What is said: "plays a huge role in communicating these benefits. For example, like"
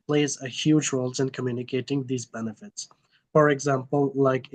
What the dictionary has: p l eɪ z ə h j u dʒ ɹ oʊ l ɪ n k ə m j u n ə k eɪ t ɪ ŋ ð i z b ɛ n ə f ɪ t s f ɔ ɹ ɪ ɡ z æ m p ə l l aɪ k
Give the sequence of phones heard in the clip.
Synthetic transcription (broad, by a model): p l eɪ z ə h j u dʒ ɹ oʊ l ɪ n k ə m j u n ə k eɪ t ɪ ŋ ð i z b ɛ n ə f ɪ t s f ɔ ɹ ɪ ɡ z æ m p ə l l aɪ k